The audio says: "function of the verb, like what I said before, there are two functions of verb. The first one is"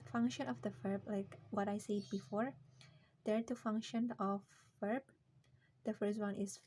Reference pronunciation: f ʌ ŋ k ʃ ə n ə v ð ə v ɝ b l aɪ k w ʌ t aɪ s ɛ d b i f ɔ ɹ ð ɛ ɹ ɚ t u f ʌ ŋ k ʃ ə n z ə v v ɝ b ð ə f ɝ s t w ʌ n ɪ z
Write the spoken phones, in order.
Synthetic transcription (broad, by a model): f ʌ ŋ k ʃ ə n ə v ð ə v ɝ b l aɪ k w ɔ t aɪ s ɛ d b i f ɔ ɹ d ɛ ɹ t u f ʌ ŋ k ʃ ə n ə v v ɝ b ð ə f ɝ s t w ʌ n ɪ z